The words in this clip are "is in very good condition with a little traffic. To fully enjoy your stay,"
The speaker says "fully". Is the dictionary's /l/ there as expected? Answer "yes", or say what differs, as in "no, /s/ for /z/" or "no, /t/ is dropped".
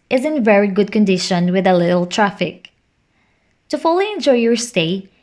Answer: yes